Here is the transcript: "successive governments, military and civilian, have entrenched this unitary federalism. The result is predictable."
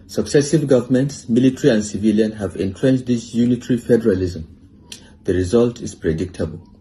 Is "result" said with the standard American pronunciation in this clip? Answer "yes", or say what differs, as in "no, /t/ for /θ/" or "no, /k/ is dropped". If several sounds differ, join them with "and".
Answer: yes